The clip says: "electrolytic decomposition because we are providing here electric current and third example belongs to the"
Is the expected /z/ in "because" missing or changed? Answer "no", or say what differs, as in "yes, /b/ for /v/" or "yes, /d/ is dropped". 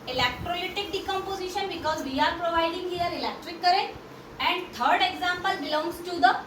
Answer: no